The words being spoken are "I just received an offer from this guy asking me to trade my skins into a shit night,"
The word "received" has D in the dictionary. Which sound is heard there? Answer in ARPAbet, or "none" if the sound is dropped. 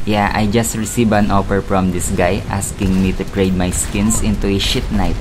none